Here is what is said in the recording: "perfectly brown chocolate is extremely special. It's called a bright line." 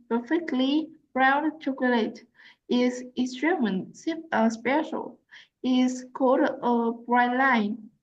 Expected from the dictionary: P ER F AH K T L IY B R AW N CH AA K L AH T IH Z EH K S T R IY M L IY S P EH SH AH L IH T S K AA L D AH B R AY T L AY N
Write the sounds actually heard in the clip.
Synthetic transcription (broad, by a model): P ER F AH K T L IY R AW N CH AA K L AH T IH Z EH S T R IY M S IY S P EH SH AH L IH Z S K AA L D AH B R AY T L AY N